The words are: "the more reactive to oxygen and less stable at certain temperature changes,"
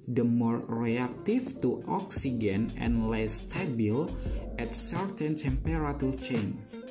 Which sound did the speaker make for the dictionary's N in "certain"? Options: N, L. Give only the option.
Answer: N